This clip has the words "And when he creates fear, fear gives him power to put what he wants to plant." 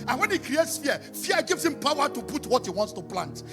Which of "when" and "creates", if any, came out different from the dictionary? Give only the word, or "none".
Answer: none